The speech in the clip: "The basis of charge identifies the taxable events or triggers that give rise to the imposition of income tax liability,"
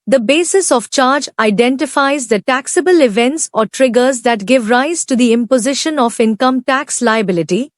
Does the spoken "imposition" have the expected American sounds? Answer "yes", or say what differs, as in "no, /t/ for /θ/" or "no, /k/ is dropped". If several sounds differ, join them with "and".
yes